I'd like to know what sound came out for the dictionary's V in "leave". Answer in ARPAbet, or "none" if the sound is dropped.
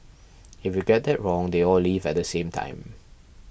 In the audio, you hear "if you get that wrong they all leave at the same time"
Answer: V